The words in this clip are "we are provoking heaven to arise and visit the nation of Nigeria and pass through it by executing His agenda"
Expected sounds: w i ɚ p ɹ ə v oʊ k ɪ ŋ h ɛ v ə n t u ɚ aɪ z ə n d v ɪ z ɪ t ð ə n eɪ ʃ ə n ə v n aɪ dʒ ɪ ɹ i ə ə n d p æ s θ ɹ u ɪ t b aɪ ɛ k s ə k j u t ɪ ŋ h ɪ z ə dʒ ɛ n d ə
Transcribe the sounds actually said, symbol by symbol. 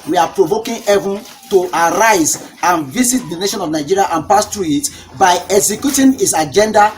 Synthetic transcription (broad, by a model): w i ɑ p ɹ ə v oʊ k ɪ ŋ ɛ v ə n t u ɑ aɪ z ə n v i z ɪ t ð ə n eɪ ʃ ə n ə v n aɪ dʒ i ɹ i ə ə n p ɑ s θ ɹ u ɪ t b aɪ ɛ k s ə k j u t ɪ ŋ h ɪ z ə dʒ ɛ n d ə